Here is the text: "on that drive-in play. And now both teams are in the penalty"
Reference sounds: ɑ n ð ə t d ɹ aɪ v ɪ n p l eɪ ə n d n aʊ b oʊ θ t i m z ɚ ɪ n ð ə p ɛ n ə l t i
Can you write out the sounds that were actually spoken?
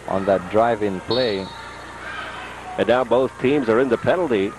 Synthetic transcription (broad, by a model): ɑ n ð ə t d ɹ aɪ v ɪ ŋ p l eɪ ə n n aʊ b oʊ θ t i m z ɚ ɪ n ð ə p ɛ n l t i